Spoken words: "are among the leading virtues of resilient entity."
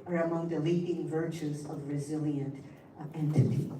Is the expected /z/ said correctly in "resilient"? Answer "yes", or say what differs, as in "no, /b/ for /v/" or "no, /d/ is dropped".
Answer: yes